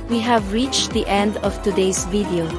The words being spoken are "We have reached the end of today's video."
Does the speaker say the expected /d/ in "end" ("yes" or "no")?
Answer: yes